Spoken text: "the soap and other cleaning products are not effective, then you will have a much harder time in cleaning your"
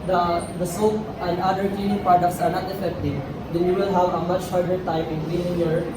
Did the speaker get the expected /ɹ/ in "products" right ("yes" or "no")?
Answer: no